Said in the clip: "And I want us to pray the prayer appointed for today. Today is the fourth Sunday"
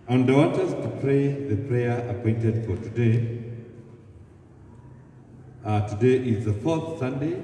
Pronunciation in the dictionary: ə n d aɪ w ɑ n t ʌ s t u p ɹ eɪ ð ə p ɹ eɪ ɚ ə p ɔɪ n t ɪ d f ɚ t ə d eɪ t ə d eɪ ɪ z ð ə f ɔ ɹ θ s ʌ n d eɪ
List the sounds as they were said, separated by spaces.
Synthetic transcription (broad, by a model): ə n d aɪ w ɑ t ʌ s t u p ɹ eɪ ð ə p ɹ eɪ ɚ ə p ɔɪ n t ɪ d f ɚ t ə d eɪ t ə d eɪ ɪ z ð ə f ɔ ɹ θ s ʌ n d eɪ